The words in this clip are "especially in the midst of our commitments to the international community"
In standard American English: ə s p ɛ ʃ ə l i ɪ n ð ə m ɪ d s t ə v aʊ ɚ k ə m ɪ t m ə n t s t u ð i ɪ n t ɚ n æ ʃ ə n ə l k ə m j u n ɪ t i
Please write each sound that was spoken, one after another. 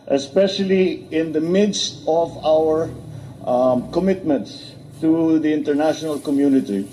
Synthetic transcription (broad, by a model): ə s p ɛ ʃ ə l i ɪ n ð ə m ɪ d s t ə v aʊ ɚ k ə m ɪ t m ə n t s t u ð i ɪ n t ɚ n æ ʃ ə n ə l k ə m j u n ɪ t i